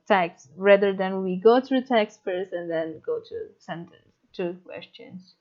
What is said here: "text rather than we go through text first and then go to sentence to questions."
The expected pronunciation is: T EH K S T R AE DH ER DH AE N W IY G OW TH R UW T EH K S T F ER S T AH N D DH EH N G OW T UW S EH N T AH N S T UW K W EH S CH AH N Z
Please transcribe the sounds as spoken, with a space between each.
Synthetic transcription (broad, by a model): T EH K S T R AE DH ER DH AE N W IY G OW T R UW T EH K S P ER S AH N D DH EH N G OW T UW S EH N T AH N S T UW K W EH S CH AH N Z